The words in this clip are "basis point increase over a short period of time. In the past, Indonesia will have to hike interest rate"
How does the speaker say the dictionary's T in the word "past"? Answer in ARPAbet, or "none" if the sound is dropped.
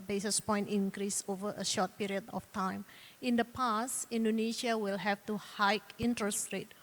none